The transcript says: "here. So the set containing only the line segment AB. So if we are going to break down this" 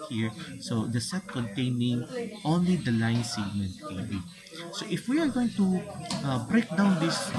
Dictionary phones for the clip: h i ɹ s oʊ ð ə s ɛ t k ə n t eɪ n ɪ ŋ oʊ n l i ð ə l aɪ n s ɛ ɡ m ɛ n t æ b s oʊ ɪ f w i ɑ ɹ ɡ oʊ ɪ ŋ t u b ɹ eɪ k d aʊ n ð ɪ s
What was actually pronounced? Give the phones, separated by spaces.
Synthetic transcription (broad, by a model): h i ɹ s oʊ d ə s ɛ t k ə n t eɪ n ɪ ŋ oʊ n l i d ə l aɪ n s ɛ ɡ m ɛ n t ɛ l s oʊ ɪ f w i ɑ ɹ ɡ oʊ ɪ ŋ t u b ɹ eɪ k d aʊ n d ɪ s